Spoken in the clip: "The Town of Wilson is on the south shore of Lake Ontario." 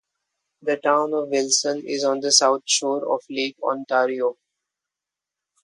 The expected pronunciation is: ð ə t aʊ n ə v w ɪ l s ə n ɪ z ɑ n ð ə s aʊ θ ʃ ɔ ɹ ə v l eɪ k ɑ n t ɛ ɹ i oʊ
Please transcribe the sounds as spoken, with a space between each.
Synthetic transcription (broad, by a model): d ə t aʊ n ə v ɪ l s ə n ɪ z ɑ n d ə s aʊ t ʃ ɔ ɹ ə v l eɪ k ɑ n t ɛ ɹ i oʊ